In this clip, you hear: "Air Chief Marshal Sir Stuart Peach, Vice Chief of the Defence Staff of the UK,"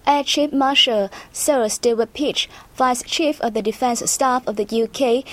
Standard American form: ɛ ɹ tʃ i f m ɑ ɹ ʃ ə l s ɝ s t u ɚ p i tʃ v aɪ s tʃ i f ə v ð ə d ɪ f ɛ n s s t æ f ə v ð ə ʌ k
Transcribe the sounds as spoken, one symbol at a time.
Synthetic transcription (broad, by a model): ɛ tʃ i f m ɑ ʃ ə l s ɝ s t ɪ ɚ p i tʃ f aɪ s tʃ i f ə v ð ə d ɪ f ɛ n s s t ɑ f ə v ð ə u k